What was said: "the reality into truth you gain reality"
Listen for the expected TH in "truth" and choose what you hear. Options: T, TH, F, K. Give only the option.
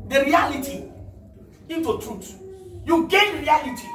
T